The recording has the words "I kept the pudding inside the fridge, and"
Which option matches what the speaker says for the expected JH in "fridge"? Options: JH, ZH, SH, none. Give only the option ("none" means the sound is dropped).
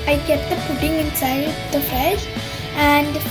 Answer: SH